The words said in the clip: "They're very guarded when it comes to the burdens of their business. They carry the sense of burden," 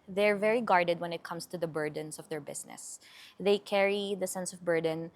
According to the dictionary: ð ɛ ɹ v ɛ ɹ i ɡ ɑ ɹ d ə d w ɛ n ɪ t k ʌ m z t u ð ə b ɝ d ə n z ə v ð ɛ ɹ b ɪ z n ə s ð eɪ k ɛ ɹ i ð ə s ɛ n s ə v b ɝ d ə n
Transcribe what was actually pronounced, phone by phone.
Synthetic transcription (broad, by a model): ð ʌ ɹ v ɛ ɹ i ɡ ɑ ɹ d ə d w ɛ n ɪ t k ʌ m s t u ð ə b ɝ d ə n s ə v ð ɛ ɹ b ɪ s n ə s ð eɪ k ɛ ɹ i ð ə s ɛ n s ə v b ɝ d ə n